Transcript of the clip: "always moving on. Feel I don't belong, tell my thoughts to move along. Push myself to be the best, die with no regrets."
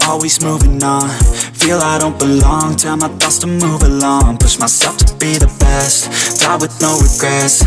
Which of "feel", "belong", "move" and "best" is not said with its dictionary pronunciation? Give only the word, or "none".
none